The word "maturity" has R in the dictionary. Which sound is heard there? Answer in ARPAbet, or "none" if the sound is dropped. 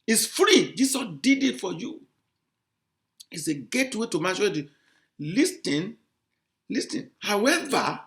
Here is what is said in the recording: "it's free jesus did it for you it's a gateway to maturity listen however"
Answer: L